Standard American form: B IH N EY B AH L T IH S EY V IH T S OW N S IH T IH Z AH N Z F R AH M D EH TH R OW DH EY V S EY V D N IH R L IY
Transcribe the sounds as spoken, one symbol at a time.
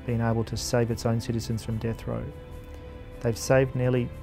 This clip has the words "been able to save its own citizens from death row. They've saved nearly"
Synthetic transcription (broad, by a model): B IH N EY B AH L T IH S EY V IH T S OW N S IH T IH Z AH N Z F R AH M D EH TH R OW DH EY V S EY V D N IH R L IY